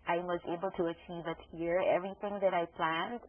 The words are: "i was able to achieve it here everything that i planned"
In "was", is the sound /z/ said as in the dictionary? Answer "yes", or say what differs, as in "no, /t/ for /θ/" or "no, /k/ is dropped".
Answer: yes